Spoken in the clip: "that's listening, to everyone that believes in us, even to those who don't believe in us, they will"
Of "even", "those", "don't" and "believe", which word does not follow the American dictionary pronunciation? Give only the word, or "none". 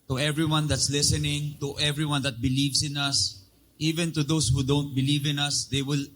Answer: those